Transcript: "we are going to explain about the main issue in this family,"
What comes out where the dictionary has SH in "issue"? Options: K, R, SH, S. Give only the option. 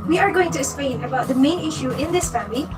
SH